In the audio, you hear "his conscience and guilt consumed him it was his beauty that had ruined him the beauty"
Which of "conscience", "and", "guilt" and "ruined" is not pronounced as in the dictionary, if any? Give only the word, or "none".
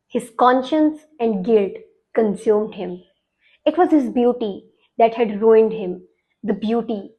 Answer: none